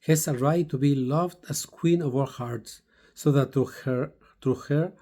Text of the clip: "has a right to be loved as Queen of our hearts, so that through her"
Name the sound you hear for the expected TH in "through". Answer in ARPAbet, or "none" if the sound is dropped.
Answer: T